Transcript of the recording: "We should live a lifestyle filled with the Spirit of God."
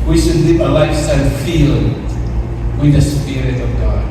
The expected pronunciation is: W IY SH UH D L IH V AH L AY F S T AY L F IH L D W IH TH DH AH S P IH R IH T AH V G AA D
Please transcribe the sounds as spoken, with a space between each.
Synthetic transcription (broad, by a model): W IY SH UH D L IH P AH L AY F S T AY N F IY L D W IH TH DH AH S P IH R IH T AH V G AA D